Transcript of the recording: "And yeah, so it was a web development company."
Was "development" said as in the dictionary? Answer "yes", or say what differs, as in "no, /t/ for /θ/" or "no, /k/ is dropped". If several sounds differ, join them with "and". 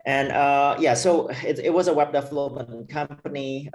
no, /p/ is dropped